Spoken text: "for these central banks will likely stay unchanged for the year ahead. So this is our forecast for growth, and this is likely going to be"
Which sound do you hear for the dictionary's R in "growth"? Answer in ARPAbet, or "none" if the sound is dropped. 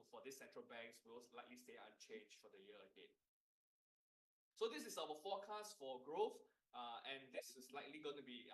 R